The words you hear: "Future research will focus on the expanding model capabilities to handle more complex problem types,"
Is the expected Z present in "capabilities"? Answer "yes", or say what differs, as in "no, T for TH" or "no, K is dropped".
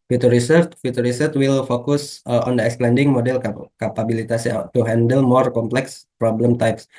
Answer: no, S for Z